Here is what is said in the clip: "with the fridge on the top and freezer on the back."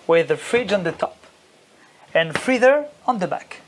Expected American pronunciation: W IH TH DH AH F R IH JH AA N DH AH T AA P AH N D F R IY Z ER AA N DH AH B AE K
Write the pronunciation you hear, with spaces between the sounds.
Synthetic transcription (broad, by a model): W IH DH AH F R IH JH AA N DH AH T AA P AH N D F R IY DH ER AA N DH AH B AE K